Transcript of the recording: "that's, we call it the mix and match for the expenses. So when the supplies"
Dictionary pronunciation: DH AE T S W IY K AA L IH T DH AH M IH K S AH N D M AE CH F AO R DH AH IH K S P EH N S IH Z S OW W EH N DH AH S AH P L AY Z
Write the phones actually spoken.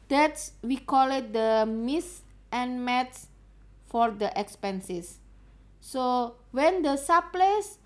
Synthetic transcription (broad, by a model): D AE T S W IY K AA L IH T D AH M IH S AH N M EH S F AO R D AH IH K S P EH N S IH S OW W EH N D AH S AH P L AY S